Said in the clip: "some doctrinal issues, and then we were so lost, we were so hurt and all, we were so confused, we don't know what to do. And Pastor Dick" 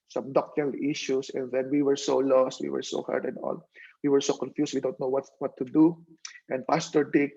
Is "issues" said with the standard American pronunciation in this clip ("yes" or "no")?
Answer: no